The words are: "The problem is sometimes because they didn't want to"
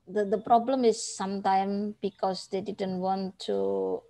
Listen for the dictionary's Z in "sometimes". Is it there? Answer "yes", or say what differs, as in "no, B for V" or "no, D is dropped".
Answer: no, Z is dropped